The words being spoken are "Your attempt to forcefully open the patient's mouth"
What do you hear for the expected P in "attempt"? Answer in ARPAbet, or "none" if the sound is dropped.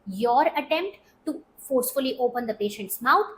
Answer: P